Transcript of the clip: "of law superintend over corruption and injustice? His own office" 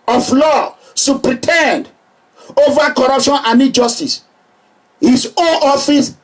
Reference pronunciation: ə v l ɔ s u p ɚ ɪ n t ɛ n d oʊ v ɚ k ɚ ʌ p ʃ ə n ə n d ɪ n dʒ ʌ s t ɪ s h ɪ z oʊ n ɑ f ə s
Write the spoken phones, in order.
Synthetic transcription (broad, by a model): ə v l ɔ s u p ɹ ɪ t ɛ n d oʊ v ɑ k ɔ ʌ p ʃ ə n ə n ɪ dʒ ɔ s t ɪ s h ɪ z oʊ n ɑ f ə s